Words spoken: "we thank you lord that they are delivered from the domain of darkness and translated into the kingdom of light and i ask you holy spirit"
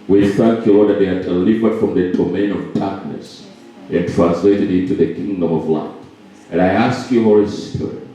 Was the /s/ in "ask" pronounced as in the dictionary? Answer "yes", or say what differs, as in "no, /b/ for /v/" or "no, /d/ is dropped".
yes